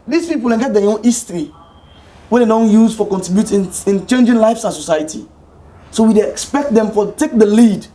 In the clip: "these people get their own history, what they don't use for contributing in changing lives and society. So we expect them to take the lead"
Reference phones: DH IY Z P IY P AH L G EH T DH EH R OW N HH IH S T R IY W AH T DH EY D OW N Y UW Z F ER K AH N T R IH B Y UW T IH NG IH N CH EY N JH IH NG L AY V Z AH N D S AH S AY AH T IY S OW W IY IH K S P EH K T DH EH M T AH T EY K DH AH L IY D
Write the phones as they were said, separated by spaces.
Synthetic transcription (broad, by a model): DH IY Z P IY P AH N G EH T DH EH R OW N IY S T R IY W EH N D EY D OW N Y UW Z F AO K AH N T R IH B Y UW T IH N IH N CH EY N JH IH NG L AY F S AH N S AH S AY AH T IY S OW W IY IH K S P EH K T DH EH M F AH T EY K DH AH L IY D